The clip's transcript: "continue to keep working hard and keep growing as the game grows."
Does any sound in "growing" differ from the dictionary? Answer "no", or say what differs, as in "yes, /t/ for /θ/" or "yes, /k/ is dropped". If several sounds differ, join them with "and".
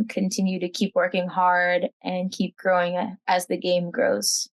no